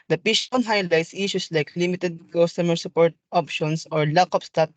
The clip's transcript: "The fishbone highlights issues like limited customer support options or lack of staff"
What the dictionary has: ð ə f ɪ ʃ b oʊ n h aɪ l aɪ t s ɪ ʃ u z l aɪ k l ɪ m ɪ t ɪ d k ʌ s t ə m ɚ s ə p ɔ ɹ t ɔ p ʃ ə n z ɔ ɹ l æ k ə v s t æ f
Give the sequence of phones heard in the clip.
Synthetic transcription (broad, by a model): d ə p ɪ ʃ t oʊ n h aɪ l aɪ t s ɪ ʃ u s l aɪ k l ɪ m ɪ t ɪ d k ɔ s t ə m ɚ s ə p ɔ ɹ t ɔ p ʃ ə n s ɔ ɹ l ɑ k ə p s t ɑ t